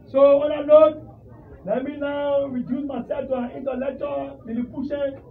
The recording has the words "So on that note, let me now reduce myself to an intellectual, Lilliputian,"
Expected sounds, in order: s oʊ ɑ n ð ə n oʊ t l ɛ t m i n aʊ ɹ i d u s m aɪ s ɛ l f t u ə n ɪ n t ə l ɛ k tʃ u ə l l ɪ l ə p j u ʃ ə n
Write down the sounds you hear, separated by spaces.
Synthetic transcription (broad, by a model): s oʊ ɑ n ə l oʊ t l ɛ t m i n aʊ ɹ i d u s m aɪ s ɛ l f t u ə n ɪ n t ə l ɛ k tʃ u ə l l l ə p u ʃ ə